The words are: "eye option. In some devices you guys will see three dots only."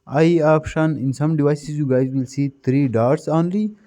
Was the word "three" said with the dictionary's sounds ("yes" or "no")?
no